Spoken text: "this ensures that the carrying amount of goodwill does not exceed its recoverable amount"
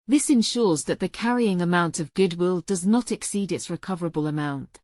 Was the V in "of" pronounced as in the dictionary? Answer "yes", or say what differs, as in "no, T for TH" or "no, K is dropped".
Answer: yes